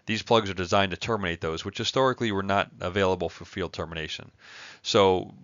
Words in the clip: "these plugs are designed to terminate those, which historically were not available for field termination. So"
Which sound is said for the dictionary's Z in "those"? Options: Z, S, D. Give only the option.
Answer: Z